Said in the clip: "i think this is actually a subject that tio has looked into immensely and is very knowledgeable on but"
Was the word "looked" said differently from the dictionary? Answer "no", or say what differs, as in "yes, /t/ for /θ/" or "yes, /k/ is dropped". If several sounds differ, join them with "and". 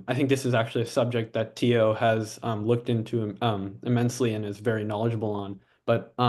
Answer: no